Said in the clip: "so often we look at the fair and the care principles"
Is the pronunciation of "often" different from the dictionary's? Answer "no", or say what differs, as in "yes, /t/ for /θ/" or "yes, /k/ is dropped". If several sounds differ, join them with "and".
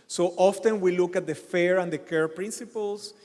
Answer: no